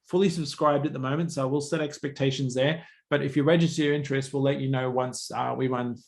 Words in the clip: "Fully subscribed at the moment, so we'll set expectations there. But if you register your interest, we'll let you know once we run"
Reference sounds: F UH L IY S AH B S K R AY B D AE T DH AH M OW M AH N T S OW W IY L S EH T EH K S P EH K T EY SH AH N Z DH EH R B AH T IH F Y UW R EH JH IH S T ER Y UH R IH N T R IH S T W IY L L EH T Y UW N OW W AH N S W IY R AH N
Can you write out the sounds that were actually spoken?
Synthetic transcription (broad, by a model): F UH L IY S AH B S K R AY B D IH T DH AH M OW M AH N T S OW W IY L S EH T EH K S P EH K T EY SH AH N Z DH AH R B AH T IH F Y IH R EH JH IH S T ER Y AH R IH N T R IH S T W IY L L EH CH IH N OW W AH N S W IY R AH N